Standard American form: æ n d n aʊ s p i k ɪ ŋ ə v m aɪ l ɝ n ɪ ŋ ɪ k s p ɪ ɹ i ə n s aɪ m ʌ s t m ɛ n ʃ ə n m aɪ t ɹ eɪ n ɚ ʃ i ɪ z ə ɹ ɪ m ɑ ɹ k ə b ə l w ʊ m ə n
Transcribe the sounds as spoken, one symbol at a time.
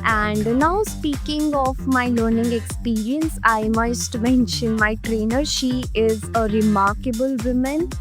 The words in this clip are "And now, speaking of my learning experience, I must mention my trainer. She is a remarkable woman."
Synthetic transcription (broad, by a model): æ n d n aʊ s p i k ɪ ŋ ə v m aɪ l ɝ n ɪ ŋ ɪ k s p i ɹ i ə n s aɪ m ʌ s t m ɛ n ʃ ə n m aɪ t ɹ eɪ n ɚ ʃ i ɪ z ə ɹ ɪ m ɑ ɹ k ə b ə l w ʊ m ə n